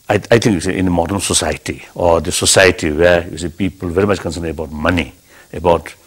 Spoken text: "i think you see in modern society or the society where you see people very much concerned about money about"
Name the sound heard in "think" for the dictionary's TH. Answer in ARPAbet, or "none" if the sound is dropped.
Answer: T